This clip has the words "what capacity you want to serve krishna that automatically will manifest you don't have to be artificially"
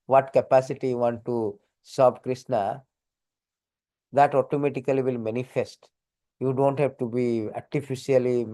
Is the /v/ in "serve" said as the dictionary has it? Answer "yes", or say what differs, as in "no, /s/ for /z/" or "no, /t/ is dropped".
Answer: no, /b/ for /v/